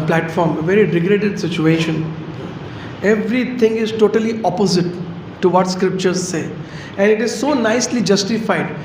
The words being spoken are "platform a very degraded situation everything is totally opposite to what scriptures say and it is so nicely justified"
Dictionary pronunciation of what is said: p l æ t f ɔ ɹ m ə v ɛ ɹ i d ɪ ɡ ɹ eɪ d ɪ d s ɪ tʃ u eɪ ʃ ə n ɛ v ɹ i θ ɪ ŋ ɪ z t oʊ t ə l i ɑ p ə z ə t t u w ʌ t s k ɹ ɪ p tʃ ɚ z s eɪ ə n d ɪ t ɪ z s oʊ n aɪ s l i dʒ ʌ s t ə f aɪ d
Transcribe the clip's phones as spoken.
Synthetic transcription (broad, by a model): p l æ t f ɔ ɹ m ə v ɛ ɹ i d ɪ ɡ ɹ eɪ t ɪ d s ɪ tʃ u eɪ ʃ ə n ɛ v ɹ i t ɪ ŋ ɪ z t oʊ t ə l i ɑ p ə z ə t t u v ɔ t s k ɹ ɪ p tʃ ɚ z s eɪ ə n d ɪ t ɪ z s oʊ n aɪ s l i dʒ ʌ s t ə f aɪ d